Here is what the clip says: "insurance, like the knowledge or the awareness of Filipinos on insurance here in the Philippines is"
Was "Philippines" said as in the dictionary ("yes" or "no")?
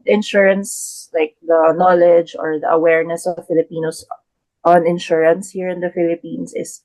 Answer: no